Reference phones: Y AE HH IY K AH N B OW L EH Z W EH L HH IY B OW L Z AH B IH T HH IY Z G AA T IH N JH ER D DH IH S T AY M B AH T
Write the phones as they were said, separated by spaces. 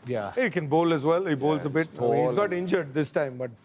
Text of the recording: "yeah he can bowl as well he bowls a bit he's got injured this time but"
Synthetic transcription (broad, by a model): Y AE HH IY K AH N B OW L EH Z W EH L HH IY B OW L Z AH B IH T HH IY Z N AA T IH N JH ER D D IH S T AY M B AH T